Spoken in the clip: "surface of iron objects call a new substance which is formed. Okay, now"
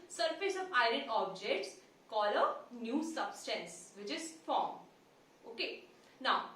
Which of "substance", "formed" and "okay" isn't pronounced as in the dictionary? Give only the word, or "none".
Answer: formed